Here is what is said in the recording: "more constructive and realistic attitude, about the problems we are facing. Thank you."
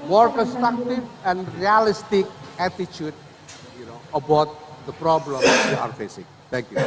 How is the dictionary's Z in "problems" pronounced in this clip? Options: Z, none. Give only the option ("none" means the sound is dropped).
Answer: none